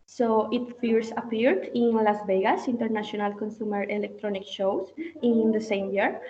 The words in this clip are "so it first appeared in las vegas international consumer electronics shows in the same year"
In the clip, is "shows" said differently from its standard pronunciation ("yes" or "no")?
yes